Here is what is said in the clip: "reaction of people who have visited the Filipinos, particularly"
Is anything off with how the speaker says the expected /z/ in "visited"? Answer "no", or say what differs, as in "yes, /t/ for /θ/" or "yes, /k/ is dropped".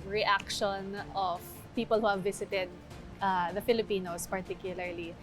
yes, /s/ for /z/